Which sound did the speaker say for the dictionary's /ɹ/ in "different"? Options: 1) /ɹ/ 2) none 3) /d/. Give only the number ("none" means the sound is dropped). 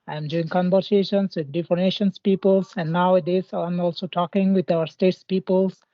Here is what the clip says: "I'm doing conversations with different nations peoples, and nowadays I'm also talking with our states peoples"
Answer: 2